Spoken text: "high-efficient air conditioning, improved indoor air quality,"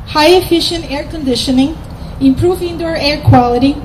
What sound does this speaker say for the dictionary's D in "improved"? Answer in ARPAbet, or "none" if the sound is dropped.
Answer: none